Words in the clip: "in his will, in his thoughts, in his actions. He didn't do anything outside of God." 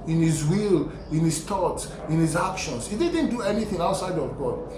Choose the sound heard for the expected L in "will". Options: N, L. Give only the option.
L